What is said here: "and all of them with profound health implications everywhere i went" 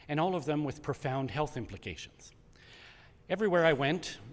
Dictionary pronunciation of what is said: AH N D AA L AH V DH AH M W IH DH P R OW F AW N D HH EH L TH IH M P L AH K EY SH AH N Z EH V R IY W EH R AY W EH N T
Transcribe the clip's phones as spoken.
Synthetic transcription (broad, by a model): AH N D AA L AH V DH AH M W IH DH P R OW F AW N D HH EH L TH IH M P L AH K EY SH AH N Z EH V R IY W EH R AY W EH N T